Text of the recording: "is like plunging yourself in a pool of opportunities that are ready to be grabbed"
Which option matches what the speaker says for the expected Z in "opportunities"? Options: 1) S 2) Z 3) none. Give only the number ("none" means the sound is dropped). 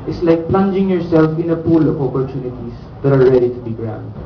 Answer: 1